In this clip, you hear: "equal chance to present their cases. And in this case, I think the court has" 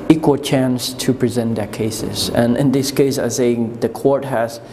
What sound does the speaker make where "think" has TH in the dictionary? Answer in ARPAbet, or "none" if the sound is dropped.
S